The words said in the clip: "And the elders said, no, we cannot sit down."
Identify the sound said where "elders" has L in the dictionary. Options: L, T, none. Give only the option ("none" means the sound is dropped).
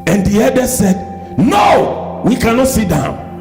none